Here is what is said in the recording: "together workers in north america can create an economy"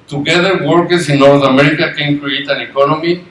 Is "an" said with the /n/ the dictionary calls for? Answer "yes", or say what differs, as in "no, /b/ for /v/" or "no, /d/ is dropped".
yes